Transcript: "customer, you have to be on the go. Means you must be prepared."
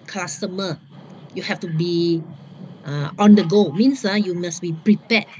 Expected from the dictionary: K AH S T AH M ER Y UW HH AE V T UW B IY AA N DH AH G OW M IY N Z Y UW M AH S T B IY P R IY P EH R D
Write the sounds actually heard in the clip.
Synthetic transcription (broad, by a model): K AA S T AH M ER Y UW HH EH F T UW B IY AA N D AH G OW M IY N S Y UW M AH S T B IY P R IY P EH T